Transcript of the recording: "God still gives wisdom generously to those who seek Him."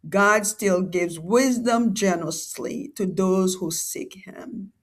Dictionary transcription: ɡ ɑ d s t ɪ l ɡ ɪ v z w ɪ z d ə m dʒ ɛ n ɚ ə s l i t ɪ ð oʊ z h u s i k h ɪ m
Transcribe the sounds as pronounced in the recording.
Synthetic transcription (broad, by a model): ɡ ɑ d s t ɪ l ɡ ɪ v z w ɪ z d ə m dʒ ɛ n ɚ ə s l i t ɪ ð oʊ z h u s i k h ɪ m